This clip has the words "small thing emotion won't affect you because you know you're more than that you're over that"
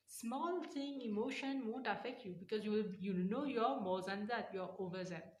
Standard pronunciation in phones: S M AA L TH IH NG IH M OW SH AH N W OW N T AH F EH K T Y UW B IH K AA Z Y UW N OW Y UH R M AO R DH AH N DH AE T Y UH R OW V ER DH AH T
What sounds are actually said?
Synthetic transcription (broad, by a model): S M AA L T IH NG IH M OW SH AH N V OW N T AH F EH K T Y UW B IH K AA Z Y UW N OW Y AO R M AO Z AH N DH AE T Y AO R OW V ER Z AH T